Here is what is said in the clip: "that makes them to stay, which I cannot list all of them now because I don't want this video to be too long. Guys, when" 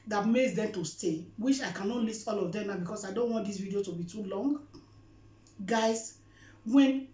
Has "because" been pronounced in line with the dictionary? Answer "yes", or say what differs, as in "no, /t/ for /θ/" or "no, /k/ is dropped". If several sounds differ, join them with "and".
no, /s/ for /z/